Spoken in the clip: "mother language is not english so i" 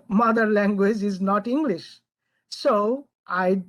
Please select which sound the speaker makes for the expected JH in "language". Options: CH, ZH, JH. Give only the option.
JH